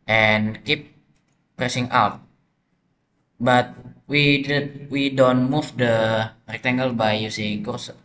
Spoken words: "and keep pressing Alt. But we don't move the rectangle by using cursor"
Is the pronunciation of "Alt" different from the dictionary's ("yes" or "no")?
yes